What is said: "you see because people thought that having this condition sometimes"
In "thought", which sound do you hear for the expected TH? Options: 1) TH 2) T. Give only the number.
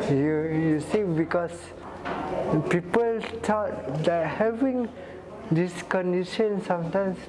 2